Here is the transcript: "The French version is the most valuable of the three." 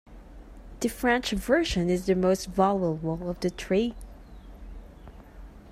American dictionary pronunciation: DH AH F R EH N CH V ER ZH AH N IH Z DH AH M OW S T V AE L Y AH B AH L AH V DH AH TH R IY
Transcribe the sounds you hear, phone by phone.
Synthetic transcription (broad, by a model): DH AH F R EH N CH V ER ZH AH N IH Z DH AH M OW S T V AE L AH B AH L AH V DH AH T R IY